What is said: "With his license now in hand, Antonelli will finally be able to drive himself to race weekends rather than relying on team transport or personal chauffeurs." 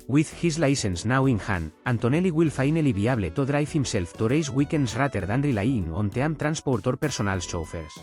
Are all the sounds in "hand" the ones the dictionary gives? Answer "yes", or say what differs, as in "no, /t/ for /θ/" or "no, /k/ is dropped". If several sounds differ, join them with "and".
no, /d/ is dropped